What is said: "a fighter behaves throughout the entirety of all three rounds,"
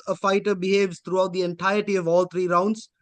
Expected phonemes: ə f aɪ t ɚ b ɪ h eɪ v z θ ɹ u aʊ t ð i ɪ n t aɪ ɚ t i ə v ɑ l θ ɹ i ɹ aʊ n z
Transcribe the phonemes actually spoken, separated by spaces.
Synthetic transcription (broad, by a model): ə f aɪ t ɚ b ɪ h eɪ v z t ɹ u aʊ t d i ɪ n t aɪ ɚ t i ə v ɑ l t ɹ i ɹ aʊ n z